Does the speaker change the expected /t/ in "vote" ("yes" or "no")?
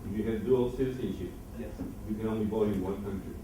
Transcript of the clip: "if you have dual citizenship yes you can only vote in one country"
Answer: yes